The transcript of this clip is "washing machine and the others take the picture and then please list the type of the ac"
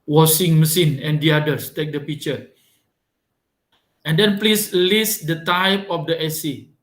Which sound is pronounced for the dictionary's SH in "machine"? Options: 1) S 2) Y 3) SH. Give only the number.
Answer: 1